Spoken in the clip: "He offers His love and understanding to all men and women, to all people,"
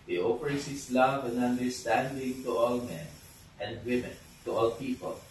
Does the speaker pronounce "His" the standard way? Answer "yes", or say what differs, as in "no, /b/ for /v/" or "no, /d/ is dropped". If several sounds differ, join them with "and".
no, /s/ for /z/